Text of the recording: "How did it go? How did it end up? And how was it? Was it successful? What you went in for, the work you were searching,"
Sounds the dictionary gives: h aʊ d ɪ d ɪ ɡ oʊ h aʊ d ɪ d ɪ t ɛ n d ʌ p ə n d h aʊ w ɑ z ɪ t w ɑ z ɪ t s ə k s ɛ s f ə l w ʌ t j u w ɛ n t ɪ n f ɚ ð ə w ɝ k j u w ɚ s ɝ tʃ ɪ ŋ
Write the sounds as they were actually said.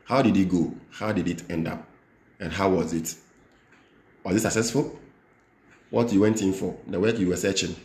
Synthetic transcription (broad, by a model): h aʊ d ɪ d ɪ ɡ oʊ h aʊ d ɪ d ɪ t ɛ n d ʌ p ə n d h aʊ w ɑ z ɪ t w ɑ z ɪ t s ə k s ɛ s f ə l w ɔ t j u w ɛ n t ɪ n f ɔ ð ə w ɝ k j u w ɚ s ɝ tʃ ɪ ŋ